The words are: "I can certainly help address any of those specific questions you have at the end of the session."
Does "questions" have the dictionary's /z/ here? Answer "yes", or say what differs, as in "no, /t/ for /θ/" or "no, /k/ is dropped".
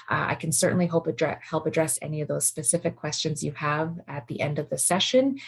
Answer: yes